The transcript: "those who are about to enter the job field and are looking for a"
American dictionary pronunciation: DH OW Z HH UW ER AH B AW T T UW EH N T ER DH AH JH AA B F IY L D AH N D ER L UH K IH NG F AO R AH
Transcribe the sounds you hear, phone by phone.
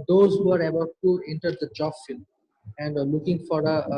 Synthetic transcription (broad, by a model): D OW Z HH UW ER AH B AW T T UW EH N T ER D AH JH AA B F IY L AH N D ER L UH K IH NG F AO R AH